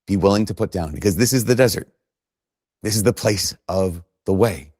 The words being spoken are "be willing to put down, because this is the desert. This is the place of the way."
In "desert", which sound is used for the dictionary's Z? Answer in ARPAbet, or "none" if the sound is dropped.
Z